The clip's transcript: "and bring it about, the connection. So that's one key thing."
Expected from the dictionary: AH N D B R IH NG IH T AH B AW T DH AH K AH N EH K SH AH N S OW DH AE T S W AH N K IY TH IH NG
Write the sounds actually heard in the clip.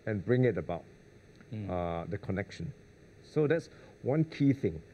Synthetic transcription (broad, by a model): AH N B R IH NG IH T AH B AW T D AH K AH N EH K SH AH N S OW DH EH T S W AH N K IY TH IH NG